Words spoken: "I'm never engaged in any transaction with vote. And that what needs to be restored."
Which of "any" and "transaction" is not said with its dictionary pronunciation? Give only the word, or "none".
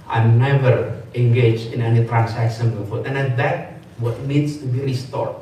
transaction